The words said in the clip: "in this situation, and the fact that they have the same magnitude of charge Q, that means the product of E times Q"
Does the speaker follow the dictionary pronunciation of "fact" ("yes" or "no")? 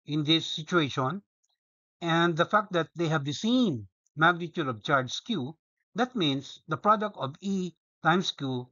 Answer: yes